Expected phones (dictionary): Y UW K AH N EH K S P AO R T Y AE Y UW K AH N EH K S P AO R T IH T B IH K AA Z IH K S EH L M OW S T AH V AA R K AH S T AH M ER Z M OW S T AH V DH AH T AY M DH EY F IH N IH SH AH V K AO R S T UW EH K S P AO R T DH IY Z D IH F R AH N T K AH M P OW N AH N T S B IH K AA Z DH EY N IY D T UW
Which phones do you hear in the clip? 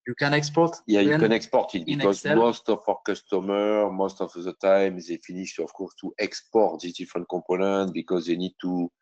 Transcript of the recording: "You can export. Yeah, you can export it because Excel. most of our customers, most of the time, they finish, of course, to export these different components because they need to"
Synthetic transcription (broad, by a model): Y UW K AH N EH K S P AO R T Y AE Y UW K AH N EH K S P AO R T IH T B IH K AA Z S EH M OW S T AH F AA R K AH S T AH M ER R M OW S T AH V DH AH T AY M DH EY F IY N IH SH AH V K AO R S T UW EH K S P AO R T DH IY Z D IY F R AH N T K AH P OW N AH T B IH K AA Z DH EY N IY D T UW